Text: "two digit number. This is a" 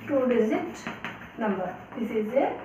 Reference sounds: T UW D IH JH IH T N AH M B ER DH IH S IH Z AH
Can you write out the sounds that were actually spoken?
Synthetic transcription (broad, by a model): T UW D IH Z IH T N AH M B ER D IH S IH Z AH